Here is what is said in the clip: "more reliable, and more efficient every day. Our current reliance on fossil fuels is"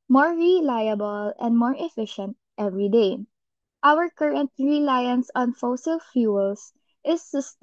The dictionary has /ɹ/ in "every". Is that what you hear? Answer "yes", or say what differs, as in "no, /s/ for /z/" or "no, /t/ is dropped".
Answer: yes